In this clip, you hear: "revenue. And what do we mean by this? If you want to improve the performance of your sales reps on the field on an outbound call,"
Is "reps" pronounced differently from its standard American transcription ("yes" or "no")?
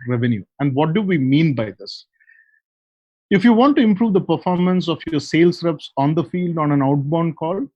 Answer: no